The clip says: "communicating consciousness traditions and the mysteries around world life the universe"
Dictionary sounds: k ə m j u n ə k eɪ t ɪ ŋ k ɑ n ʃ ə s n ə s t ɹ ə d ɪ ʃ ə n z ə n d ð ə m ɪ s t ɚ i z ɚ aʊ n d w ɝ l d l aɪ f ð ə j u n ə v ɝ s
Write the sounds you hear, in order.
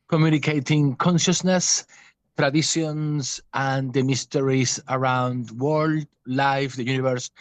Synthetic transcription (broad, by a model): k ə m j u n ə k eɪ t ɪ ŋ k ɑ n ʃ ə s n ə s t ɹ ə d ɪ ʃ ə n s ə n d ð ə m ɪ s t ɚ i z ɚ aʊ n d w ɝ l d l aɪ f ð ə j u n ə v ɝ s